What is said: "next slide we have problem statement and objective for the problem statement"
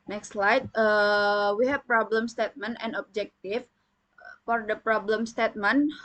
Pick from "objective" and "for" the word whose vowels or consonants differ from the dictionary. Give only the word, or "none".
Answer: objective